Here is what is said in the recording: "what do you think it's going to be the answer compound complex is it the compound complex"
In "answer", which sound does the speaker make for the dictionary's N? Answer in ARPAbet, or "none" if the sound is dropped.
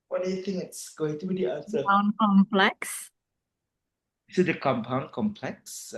none